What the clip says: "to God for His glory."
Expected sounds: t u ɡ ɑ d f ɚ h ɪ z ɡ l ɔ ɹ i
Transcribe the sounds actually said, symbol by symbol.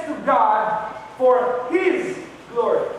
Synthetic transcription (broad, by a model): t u ɡ ɑ d f ɚ h ɪ z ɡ l ɔ ɹ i